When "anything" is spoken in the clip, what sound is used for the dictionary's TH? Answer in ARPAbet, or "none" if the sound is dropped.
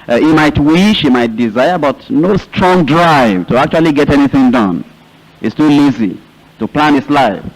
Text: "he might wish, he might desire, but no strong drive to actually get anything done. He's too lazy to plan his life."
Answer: TH